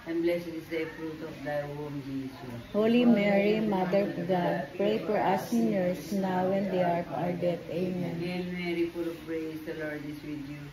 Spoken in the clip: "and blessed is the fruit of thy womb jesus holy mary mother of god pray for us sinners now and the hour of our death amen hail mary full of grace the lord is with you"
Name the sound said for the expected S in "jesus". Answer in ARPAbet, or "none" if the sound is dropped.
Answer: none